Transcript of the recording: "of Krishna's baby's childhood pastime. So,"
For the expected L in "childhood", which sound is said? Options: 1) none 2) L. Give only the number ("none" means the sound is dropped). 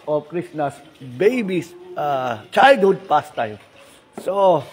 1